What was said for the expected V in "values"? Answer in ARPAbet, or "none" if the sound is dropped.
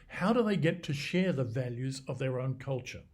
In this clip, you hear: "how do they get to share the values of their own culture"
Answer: V